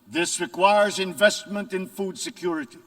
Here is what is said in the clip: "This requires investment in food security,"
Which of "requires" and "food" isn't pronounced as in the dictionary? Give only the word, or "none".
none